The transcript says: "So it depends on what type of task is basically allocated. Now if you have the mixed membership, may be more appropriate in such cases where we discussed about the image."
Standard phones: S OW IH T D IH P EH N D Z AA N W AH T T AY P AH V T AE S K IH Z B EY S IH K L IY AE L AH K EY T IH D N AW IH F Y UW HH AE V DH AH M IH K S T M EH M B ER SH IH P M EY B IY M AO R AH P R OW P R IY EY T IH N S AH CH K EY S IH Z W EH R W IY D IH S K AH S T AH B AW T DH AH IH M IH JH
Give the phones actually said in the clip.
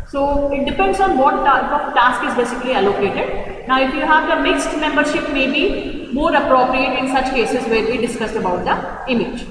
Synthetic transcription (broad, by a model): S OW IH T D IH P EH N D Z AA N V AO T T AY AH T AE S K IH Z B EY S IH K L IY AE L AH K EY T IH D N AW IH F Y UW HH AE V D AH M IH K S T M EH M B ER SH IH P M EY B IY M AO R AH P R OW P R IY EY T IH N S AH CH K EY S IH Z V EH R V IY D IH S K AH S T AH B AW T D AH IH M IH JH